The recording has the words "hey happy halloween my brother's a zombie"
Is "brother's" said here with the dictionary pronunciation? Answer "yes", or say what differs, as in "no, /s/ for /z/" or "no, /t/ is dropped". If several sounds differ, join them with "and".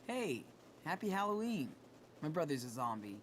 yes